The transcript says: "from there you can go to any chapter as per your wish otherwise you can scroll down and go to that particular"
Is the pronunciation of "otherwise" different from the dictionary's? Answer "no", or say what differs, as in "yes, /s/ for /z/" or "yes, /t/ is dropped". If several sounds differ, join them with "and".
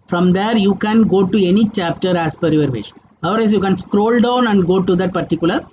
yes, /ð/ is dropped